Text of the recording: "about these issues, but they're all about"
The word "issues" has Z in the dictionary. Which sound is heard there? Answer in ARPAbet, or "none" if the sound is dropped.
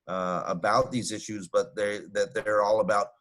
Z